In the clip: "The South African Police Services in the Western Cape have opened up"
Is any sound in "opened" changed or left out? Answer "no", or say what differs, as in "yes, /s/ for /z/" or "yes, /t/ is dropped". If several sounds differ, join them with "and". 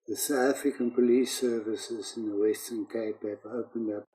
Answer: no